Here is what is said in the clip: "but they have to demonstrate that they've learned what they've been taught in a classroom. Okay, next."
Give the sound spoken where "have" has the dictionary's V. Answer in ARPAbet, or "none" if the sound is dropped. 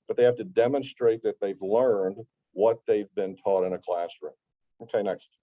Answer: F